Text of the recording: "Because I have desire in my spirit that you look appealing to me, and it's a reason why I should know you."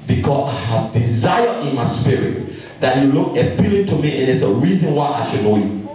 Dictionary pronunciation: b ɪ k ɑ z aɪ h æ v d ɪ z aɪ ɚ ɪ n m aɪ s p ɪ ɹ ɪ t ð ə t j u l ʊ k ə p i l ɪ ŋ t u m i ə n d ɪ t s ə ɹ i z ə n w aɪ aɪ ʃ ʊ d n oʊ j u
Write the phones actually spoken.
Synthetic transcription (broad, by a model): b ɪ k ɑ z aɪ h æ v d ɪ z aɪ ɚ ɪ n m aɪ s p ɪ ɹ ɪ t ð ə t j u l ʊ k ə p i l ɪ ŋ t u m i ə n ɪ t s ə ɹ i z ə n w aɪ aɪ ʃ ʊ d n oʊ j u